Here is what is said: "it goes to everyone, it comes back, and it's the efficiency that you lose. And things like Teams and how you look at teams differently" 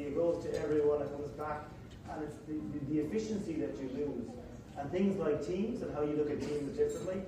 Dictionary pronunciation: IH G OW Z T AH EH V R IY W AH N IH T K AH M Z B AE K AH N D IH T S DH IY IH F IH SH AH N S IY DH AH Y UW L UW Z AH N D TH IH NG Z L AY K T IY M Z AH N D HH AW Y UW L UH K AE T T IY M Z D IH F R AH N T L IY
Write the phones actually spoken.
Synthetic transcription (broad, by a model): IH G OW Z T AH EH V R IY W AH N IH T K AH M Z B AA K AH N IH T S DH IY IH F IH SH AH N S IY DH AH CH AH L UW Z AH N TH IH NG Z L AY K T IY M Z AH N HH AW Y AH L UH K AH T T IY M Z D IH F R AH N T L IY